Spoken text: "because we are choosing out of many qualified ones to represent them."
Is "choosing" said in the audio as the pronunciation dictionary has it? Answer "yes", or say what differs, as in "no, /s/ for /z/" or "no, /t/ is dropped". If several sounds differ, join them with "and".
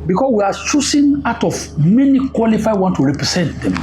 no, /s/ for /z/